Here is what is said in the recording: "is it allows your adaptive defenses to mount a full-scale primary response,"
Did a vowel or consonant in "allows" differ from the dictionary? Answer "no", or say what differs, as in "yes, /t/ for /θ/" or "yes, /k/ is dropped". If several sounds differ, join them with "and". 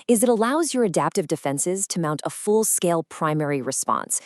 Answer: no